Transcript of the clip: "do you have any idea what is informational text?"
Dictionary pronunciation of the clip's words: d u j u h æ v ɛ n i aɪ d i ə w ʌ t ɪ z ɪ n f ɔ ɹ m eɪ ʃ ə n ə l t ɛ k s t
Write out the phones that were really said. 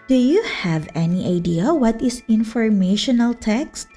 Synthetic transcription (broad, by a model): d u j u h æ v ɛ n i aɪ d i ə w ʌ t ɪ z ɪ n f ɔ ɹ m eɪ ʃ ə n ə l t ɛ k s t